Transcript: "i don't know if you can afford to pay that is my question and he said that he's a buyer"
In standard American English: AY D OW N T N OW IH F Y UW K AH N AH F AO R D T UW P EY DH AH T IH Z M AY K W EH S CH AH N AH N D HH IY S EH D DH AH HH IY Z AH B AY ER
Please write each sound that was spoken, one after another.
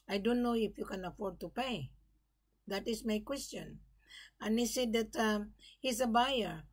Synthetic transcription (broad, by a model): AY D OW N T N OW IH F Y UW K AH N AH F AO R D T UW P EY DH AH T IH S M AY K W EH S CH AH N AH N HH IY S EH D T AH HH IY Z AH B AY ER